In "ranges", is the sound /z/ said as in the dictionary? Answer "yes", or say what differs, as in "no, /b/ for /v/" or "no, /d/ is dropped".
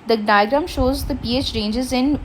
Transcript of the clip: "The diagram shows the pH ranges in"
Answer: yes